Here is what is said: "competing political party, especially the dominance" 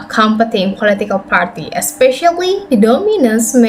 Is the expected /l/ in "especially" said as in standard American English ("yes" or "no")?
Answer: no